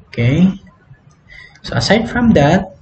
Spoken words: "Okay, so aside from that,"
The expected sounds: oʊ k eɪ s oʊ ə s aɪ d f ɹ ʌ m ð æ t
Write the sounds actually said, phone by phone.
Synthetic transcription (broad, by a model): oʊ k eɪ s oʊ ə s aɪ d f ɹ ʌ m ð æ t